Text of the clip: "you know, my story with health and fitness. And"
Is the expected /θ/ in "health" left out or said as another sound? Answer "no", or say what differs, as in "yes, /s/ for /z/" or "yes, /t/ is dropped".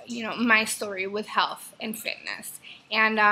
no